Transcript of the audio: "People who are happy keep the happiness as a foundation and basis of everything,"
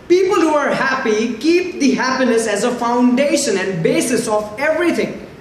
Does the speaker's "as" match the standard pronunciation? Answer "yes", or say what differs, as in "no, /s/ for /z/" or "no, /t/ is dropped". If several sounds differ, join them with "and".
yes